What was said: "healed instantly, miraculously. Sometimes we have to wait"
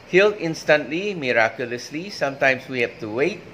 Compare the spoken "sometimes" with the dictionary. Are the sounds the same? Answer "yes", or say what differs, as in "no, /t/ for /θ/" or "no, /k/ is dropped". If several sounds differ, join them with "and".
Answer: no, /s/ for /z/